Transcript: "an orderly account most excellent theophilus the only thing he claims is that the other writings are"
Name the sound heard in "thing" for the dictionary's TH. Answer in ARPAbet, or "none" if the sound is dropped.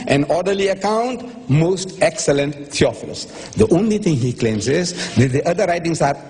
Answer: T